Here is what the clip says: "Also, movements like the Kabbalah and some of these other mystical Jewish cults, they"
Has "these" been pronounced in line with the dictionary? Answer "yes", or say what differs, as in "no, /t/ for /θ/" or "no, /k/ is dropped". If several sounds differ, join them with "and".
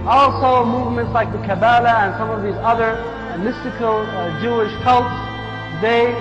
yes